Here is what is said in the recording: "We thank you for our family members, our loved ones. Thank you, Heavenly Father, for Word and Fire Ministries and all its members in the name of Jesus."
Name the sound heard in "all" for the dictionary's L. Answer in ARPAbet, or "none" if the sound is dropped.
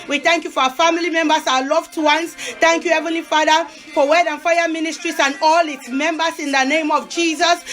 L